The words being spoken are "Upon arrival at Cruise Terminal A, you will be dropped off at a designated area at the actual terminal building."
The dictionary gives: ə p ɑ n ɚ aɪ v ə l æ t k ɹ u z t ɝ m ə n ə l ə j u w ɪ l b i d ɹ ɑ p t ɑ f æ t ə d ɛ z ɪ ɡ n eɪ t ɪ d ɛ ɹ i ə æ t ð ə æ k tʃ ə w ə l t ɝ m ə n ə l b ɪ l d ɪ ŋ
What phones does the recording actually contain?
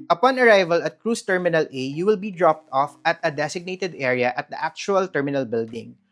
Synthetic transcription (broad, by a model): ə p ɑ n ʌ aɪ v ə l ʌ t k ɹ u s t ɝ m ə n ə l ə j u w ɪ l b i d ɹ ɑ p t ɑ f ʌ t ə d ɛ s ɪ ɡ n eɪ t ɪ d ɛ ɹ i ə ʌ t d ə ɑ k tʃ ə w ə l t ɝ m ə n ə l b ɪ l d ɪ ŋ